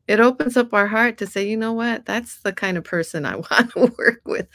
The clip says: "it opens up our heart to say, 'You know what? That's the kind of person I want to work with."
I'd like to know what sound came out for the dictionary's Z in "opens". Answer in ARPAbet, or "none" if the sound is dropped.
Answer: Z